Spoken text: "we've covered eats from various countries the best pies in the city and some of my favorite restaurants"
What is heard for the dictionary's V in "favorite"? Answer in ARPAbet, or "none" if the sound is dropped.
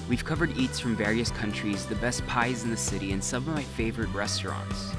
V